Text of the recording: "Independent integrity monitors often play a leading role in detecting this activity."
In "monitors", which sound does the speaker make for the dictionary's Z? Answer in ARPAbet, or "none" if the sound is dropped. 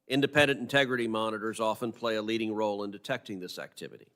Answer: Z